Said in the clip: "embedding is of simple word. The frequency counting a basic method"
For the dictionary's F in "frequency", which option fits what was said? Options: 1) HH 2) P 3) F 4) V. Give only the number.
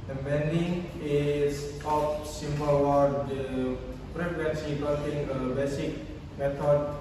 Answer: 2